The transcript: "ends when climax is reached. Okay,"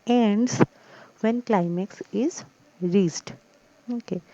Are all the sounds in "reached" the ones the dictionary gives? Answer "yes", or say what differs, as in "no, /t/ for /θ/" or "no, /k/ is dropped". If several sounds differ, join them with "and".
no, /s/ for /tʃ/